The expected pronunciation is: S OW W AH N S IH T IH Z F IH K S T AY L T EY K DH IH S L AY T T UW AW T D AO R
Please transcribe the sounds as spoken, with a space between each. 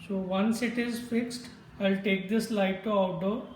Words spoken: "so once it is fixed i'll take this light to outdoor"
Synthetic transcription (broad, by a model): S OW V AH N S IH T IH Z F IH K S T AY L T EY K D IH S L AY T T UW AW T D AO